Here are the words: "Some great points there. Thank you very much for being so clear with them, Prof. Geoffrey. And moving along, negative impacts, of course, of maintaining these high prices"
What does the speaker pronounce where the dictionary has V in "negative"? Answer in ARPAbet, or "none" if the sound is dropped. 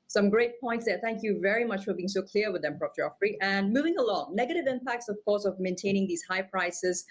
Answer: V